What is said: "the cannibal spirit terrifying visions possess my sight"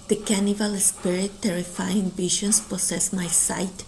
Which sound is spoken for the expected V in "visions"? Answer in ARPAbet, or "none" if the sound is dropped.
B